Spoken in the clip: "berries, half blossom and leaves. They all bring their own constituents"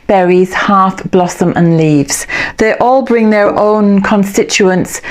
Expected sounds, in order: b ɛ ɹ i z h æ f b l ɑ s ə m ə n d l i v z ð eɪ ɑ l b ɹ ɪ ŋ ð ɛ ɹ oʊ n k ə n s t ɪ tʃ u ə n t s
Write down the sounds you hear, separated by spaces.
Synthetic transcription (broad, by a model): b ɛ ɹ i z h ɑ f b l ɑ s ə m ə n l i v z ð eɪ ɑ l b ɹ ɪ ŋ ð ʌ ɹ oʊ n k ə n s t ɪ tʃ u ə n s